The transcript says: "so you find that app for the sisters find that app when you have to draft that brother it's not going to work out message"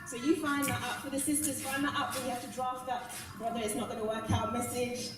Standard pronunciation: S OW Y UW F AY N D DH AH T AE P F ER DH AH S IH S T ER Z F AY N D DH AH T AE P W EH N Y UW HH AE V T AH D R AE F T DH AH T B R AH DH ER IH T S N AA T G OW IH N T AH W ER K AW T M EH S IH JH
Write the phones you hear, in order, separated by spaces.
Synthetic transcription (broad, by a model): S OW Y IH F AY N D DH AH T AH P F ER DH AH S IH S T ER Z F AY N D DH AH T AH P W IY HH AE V T AH D R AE F T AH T B R AH DH ER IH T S N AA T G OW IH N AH W ER K AW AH M EH S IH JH